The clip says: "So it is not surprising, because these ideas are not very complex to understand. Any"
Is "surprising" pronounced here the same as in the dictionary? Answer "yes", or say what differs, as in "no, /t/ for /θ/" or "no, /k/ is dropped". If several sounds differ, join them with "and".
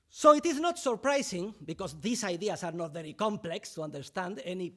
no, /s/ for /z/